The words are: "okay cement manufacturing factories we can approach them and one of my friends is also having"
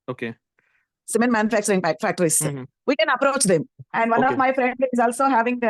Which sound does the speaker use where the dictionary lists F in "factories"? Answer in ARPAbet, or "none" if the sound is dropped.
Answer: P